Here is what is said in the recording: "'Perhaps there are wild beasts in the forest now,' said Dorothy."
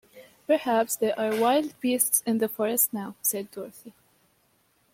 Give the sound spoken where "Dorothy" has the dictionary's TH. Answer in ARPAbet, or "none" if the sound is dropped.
TH